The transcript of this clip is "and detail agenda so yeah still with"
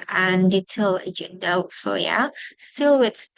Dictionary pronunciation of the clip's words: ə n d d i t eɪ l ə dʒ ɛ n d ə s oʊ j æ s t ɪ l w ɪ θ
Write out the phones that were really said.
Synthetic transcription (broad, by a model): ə n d d i t eɪ l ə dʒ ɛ d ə s oʊ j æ s t ɪ l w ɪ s